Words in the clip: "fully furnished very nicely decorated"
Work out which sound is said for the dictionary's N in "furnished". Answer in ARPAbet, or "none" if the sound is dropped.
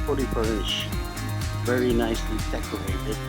none